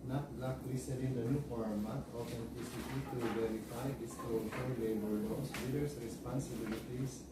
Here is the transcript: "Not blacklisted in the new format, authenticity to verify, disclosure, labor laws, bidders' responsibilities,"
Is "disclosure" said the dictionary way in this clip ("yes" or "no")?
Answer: no